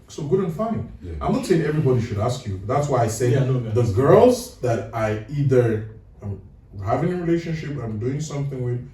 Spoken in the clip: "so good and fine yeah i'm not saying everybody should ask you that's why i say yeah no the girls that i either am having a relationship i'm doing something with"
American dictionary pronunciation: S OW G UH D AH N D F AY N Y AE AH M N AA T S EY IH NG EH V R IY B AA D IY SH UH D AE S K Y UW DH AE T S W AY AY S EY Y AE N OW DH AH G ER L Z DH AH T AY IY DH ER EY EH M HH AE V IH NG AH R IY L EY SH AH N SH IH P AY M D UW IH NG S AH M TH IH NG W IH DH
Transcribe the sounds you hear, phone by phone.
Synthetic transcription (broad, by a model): S OW G UH D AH N F AY N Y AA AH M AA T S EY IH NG EH V R IY B AA D IY SH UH D AE S K Y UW DH AE T S W AY AY S EY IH DH AH G ER L Z DH AH T AY IY DH ER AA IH M HH AE V IH NG AH R IY L EY SH AH N SH IH P AY M D UW IH NG S AH M TH IH NG W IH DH